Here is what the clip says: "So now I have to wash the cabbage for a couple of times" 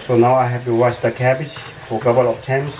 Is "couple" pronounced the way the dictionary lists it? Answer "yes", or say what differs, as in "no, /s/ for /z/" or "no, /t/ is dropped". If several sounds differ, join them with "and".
no, /b/ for /p/